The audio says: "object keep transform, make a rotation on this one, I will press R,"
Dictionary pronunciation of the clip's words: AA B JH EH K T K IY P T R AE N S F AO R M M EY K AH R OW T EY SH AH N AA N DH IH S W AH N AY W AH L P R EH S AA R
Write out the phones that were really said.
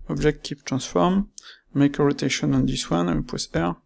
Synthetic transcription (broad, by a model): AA B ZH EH K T K IY P T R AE S F AO R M M EY K AH R OW T EY SH AH N AA N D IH S W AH N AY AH N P W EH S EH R